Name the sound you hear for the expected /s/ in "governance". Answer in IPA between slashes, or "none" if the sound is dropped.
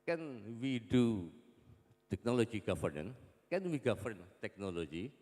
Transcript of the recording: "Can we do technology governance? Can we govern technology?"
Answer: none